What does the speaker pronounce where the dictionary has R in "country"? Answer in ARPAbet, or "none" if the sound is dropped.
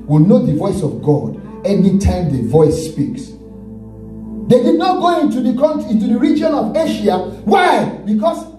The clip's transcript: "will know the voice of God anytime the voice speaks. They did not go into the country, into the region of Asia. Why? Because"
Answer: none